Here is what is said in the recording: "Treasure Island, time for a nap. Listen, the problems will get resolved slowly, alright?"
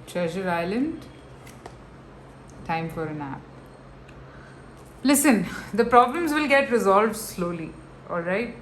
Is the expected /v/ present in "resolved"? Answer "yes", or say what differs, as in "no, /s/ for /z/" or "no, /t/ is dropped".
yes